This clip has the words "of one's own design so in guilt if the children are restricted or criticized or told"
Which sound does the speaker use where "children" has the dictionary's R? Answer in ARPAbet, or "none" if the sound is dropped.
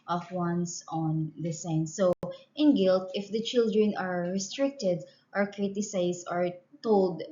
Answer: R